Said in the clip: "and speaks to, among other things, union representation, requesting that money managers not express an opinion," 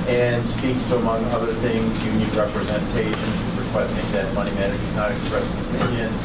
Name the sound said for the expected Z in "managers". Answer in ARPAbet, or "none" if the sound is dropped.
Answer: none